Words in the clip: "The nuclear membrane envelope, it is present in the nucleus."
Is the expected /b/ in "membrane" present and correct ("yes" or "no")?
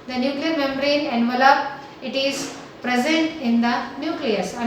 no